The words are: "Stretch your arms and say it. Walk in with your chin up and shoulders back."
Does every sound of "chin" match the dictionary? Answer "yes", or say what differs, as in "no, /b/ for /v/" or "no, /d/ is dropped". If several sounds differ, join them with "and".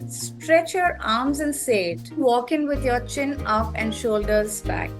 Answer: yes